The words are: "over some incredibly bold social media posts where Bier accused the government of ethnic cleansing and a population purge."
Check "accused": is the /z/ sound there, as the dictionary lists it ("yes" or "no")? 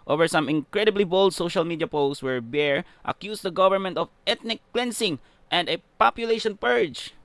no